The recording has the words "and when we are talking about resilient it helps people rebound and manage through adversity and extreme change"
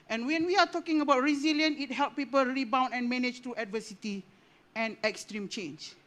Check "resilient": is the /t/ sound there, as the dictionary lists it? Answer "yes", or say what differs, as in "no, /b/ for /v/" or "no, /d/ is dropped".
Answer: no, /t/ is dropped